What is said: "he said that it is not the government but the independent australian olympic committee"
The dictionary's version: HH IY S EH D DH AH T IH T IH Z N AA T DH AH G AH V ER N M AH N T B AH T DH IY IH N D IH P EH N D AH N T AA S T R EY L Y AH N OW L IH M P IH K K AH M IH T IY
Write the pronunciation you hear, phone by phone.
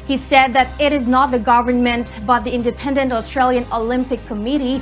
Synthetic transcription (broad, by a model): HH IY S EH D DH AH T IH T IH Z N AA T DH AH G AH V ER N M AH N T B AH T DH IY IH N D IH P EH N D AH N T AA S T R EY L Y AH N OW L IH M P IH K K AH M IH T IY